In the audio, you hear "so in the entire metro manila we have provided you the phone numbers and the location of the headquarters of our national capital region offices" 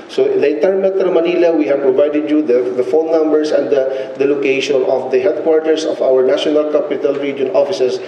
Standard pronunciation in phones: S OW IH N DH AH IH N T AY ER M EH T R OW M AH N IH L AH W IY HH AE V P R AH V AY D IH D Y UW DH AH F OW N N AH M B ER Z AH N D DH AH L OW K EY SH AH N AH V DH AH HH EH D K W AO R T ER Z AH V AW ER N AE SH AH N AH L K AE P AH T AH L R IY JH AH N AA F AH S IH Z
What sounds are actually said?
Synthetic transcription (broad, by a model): S OW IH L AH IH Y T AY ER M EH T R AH M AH N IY L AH W IY HH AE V P R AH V AY D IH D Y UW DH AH F OW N N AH M B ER S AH N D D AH L OW K EY SH AH N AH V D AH HH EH D K W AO R T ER S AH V AW ER N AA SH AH N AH L K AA P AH T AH L R IY JH AH N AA F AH S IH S